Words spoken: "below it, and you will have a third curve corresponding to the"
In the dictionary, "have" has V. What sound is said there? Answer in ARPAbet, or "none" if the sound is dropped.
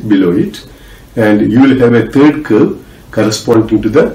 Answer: V